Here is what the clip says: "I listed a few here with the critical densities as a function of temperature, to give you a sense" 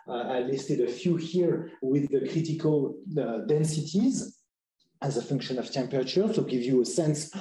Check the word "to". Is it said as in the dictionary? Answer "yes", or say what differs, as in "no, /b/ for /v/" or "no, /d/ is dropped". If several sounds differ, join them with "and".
no, /s/ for /t/